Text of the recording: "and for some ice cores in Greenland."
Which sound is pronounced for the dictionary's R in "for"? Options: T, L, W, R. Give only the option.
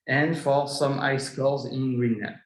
L